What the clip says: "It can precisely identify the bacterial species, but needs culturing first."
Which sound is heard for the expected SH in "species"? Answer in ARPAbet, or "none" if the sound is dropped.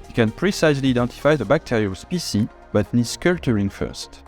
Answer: S